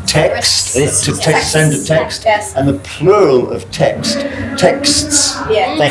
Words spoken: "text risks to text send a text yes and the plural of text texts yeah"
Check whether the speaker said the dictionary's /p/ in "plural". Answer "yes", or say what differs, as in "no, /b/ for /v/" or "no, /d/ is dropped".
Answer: yes